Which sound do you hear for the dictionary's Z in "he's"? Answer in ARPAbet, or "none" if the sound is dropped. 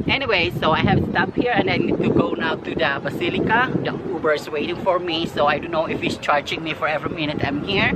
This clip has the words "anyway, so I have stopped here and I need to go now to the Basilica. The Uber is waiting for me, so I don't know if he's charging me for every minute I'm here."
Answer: S